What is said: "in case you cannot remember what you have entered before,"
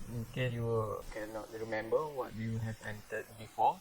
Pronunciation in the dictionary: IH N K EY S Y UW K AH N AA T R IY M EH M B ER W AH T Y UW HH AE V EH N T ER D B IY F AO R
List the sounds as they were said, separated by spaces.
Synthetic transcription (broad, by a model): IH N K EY Y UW K AH N AA T R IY M EH M B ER W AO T Y UW HH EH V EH N T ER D B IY F AO